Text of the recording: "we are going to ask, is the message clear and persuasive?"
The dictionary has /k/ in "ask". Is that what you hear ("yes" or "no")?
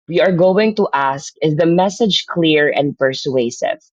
yes